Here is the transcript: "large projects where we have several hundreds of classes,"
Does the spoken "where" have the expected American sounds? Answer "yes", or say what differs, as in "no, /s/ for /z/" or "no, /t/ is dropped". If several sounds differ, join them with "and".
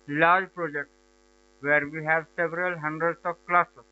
yes